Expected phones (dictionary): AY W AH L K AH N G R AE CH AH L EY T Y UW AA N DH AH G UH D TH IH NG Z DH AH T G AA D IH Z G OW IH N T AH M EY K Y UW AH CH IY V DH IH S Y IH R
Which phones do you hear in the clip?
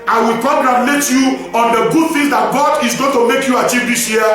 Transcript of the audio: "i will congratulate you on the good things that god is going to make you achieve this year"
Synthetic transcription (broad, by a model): AY W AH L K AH G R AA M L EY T Y UW AA N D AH G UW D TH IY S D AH T G AA D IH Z G OW IH N T AH M EY K Y UW AH CH IY V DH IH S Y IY